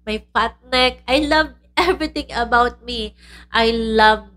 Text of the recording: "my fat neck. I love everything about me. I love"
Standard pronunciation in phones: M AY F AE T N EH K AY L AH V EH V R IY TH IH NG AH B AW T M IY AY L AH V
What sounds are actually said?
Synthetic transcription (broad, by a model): M AY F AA T N EH K AY L AH V EH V R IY T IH NG AH B AW T M IY AY L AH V